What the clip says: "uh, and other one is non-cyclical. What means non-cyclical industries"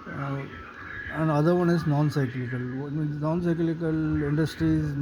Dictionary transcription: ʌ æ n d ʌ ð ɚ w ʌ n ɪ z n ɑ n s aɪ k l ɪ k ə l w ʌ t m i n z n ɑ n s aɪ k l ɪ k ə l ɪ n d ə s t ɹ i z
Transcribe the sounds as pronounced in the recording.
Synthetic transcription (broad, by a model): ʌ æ n d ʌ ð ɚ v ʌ n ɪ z n ɑ n s aɪ k l ɪ k ə l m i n n ɑ n s aɪ k l ɪ k ə l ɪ n d ə s t ɹ i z